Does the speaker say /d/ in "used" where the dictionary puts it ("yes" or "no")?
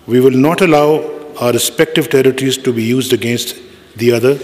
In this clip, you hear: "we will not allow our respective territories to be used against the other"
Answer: yes